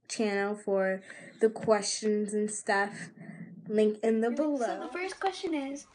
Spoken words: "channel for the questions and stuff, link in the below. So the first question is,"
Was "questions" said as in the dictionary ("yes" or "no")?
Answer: yes